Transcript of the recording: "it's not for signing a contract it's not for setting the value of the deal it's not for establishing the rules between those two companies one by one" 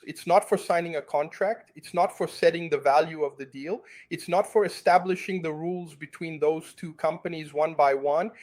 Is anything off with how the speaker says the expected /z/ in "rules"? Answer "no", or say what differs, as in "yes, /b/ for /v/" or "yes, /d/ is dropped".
no